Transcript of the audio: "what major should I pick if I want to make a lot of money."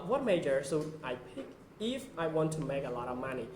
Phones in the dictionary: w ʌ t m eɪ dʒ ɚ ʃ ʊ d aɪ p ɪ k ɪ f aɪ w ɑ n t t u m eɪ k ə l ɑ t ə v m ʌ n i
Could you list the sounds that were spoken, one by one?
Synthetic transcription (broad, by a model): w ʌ t m eɪ dʒ ɚ s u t aɪ p ɪ k ɪ f aɪ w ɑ n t t u m eɪ k ə l ɑ t ə v m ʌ n i